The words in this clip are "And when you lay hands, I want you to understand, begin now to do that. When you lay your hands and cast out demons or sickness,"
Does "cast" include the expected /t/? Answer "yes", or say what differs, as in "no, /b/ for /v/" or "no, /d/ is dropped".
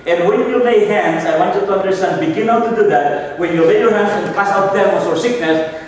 no, /t/ is dropped